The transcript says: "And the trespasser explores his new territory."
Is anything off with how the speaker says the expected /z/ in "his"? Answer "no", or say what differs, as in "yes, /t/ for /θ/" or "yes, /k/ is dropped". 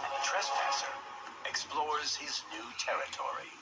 no